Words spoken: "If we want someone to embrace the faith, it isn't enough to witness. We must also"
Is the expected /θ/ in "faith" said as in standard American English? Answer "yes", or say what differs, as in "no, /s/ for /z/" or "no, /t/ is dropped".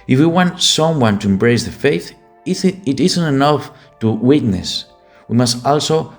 yes